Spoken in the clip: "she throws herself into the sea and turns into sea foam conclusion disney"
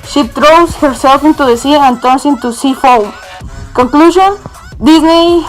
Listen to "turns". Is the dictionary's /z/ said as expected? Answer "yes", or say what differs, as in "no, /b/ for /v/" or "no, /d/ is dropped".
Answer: no, /s/ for /z/